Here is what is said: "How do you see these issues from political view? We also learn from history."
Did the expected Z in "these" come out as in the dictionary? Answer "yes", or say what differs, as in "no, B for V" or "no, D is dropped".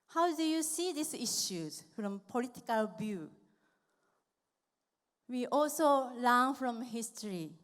no, S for Z